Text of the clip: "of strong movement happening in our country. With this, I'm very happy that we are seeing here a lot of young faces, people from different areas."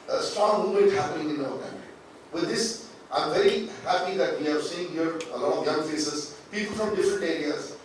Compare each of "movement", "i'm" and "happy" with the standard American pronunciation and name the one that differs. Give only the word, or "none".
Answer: movement